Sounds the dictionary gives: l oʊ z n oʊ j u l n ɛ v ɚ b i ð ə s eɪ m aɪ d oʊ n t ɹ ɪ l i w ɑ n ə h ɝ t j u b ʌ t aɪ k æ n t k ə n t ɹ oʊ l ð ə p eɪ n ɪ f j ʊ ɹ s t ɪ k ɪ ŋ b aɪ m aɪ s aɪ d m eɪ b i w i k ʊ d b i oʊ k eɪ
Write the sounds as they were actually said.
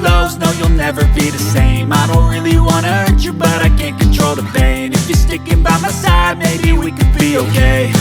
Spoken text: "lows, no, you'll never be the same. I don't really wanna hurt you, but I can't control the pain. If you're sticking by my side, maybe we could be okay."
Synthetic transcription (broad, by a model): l oʊ z n oʊ j u l n ɛ v ɚ b i ð ə s eɪ m aɪ d oʊ n t ɹ ɪ l i w ɑ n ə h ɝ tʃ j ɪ b ʌ t aɪ k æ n k ə n t ɹ oʊ l ð ə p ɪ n ɪ f j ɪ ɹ s t ɪ k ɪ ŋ b aɪ m aɪ s aɪ d m eɪ b i w i k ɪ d b i oʊ k eɪ